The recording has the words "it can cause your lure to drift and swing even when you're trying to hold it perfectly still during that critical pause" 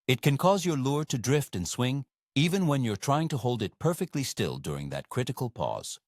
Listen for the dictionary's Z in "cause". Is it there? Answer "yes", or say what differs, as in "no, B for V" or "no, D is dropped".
yes